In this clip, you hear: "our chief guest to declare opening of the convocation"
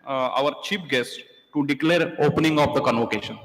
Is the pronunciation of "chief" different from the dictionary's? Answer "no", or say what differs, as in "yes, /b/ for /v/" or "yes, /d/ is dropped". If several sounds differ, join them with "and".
yes, /p/ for /f/